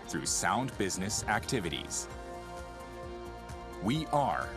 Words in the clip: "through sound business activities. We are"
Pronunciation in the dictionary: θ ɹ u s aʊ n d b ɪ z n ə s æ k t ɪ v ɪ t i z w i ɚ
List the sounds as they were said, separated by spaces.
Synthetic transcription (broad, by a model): θ ɹ u s aʊ n d b ɪ z n ə s æ k t ɪ v ɪ t i z w i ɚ